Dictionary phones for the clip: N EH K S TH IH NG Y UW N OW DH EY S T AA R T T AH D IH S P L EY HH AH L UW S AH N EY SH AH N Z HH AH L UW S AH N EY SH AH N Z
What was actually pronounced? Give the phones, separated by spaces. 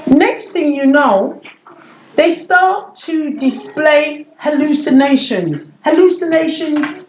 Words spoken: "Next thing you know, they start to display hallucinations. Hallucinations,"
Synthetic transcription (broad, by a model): N EH K S TH IH NG Y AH N OW DH EY S T AA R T T AH D IH S P L EY HH AH L UW S AH N EY SH AH N Z HH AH L UW S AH N EY SH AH N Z